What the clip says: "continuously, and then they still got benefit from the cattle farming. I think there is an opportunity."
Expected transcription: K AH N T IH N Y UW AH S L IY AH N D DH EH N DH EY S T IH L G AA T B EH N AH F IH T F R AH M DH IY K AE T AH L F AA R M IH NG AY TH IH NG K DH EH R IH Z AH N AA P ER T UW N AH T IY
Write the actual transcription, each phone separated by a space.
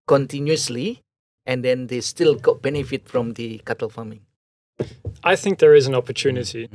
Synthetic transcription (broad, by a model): K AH N T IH N Y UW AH S L IY AH N D EH N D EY S T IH L G AA T B EH N AH F IH T F R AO M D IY K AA T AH L F AA M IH NG AY TH IH NG K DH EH R IH Z AH N AA P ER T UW N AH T IY